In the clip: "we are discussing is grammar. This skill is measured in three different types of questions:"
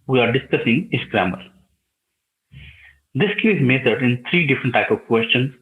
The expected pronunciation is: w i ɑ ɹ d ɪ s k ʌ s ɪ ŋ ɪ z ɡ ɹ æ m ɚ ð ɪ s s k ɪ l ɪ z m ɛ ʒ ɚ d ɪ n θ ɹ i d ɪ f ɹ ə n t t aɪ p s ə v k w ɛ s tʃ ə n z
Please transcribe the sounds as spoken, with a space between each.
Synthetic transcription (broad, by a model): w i ɑ ɹ d ɪ s k ʌ s ɪ ŋ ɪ s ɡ ɹ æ m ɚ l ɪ s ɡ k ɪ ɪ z m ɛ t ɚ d ɪ n t ɹ i d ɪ f ɹ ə n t t aɪ p ə v k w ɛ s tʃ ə n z